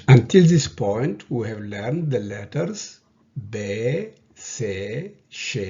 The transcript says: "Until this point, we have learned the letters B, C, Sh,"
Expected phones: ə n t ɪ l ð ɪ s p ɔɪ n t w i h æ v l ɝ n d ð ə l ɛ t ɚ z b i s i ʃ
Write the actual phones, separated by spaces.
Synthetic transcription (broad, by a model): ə n t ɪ l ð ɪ s p ɔɪ n t w i h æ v l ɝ n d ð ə l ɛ t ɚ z b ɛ s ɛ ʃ